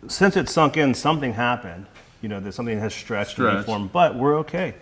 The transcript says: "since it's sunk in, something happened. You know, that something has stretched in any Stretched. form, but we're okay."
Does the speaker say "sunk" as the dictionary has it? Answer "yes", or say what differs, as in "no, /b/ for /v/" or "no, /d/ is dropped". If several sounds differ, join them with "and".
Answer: yes